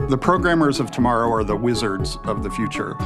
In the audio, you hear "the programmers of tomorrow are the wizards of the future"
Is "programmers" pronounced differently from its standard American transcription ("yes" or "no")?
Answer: no